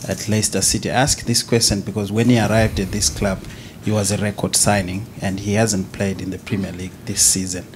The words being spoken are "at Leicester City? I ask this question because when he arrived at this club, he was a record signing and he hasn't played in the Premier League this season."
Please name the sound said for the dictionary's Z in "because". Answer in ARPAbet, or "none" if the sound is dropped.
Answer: Z